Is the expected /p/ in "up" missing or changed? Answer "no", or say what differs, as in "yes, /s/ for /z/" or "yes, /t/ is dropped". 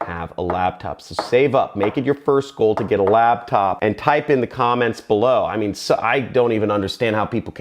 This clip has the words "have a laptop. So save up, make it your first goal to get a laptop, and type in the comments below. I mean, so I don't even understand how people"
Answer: no